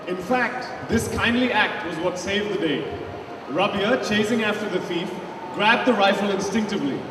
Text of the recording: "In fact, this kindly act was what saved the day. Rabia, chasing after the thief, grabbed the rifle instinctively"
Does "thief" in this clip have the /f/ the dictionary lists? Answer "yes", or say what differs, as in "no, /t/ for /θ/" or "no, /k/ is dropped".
yes